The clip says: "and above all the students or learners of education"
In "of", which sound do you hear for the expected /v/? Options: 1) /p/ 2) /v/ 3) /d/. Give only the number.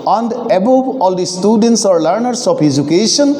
1